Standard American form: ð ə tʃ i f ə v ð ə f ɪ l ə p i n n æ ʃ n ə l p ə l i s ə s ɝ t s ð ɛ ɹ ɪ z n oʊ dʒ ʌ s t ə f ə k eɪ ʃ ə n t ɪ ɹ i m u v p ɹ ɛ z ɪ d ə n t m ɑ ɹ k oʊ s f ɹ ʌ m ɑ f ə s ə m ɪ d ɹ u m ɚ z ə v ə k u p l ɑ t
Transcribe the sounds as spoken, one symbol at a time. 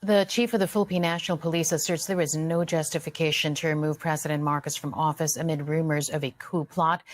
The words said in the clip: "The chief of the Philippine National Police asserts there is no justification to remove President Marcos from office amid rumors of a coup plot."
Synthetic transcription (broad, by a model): ð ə tʃ i f ə v ð ə f ɪ l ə p i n n æ ʃ n l p ə l i s ə s ɝ t s ð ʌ ɹ ɪ z n oʊ dʒ ʌ s t ə f ə k eɪ ʃ ə n t ɪ ɹ i m u v p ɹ ɛ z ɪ d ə n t m ɑ ɹ k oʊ s f ɹ ʌ m ɑ f ə s ə m ɪ d ɹ u m ɚ z ə v ə k u p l ɑ t